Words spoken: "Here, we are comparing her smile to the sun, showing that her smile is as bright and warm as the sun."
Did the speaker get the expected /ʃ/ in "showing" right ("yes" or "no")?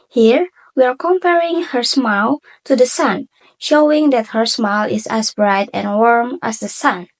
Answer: yes